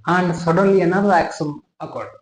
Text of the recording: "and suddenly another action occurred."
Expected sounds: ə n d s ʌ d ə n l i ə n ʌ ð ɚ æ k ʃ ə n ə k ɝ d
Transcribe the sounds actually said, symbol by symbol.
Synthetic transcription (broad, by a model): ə n d s ʌ d ə n l i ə n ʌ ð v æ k s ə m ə k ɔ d